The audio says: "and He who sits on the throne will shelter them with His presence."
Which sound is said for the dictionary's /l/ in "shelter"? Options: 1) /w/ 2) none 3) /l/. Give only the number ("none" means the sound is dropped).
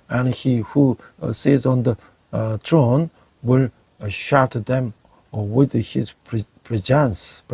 2